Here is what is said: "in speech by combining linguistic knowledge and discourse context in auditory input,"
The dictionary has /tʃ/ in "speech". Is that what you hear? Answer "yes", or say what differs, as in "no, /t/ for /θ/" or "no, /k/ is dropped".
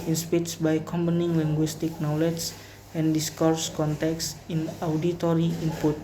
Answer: no, /s/ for /tʃ/